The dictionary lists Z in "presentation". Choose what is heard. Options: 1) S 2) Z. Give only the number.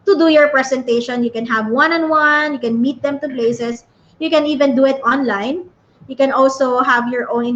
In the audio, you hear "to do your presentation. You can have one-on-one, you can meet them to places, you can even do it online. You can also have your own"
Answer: 1